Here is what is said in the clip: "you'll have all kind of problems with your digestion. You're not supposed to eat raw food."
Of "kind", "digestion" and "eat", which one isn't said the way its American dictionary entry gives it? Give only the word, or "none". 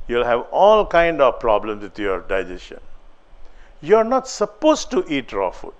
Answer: digestion